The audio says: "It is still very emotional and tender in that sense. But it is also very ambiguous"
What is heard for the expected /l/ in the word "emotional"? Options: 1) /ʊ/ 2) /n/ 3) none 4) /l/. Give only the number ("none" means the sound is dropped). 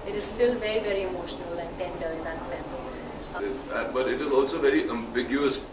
4